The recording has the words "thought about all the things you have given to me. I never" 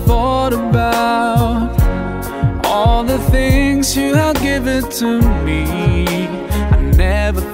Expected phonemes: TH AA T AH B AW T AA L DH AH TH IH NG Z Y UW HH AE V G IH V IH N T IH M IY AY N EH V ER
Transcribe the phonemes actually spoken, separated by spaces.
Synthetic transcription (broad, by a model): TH AA T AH B AW T AA L DH AH TH IH NG Z Y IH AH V G IH V IH N T IH M IY AY N EH V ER